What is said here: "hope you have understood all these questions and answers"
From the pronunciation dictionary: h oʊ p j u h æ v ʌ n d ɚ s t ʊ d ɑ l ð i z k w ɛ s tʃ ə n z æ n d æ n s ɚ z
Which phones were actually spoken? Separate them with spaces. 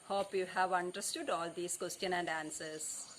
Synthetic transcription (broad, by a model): h oʊ p j u h æ v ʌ n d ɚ s t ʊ d ɑ l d i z k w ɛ s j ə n æ n d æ n s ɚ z